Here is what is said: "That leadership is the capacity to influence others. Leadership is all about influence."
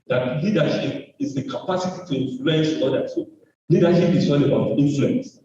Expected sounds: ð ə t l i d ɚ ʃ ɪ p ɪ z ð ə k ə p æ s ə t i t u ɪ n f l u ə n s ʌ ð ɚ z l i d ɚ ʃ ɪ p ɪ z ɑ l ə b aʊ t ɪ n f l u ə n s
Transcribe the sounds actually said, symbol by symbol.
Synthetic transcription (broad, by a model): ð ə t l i d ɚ ʃ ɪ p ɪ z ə k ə p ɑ s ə t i t u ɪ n f l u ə n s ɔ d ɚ s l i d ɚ ʃ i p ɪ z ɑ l ə b aʊ t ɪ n f l u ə n s